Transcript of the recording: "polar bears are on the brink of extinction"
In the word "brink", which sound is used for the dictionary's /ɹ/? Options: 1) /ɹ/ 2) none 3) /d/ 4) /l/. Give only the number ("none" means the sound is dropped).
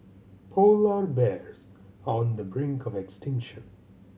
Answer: 1